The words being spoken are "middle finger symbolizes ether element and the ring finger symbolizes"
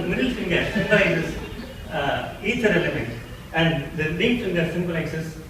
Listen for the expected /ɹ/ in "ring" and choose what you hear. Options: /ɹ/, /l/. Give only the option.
/l/